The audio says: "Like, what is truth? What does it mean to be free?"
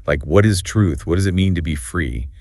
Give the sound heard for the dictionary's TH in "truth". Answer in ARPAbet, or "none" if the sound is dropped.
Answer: TH